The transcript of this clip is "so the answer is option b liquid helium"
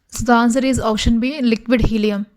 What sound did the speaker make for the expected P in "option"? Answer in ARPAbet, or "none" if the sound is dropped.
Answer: none